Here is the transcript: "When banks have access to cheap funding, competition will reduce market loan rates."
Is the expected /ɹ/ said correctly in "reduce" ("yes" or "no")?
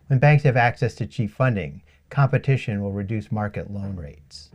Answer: yes